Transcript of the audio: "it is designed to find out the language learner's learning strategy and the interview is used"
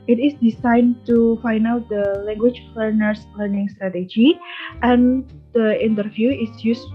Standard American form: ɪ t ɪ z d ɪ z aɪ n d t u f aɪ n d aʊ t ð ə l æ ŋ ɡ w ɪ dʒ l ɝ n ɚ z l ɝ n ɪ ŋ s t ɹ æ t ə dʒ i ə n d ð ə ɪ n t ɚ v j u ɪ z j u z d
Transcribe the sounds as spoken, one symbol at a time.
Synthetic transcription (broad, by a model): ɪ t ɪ s d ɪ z aɪ n t u f aɪ n aʊ t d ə l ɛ ŋ ɡ w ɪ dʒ l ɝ n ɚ s l ɝ n ɪ ŋ s t ɹ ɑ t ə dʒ i ə n d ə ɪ n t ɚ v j u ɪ s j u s